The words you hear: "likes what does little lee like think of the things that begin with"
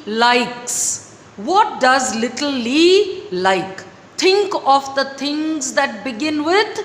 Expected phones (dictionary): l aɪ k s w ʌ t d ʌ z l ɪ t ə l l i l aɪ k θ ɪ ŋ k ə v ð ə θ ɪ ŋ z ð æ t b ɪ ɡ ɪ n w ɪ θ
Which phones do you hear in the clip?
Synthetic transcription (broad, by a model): l aɪ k s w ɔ t d ʌ z l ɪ t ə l l i l aɪ k t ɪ ŋ k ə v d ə t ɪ ŋ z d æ t b ɪ ɡ ɪ n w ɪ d